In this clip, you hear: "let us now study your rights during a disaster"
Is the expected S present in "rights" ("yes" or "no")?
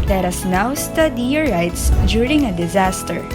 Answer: yes